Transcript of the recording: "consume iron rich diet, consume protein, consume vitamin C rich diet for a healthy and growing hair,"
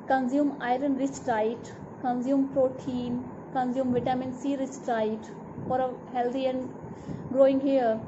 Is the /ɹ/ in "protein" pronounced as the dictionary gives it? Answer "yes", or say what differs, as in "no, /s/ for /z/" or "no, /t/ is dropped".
yes